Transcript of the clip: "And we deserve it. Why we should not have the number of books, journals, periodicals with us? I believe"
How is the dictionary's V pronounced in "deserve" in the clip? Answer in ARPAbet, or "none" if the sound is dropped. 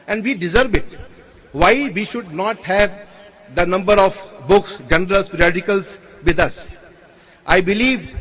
B